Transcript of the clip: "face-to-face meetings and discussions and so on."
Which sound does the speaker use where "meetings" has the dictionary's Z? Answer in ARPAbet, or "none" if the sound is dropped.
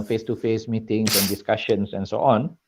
S